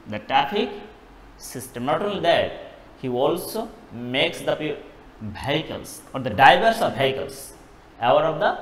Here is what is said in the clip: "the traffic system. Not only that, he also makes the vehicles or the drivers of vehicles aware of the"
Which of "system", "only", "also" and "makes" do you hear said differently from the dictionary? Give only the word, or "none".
only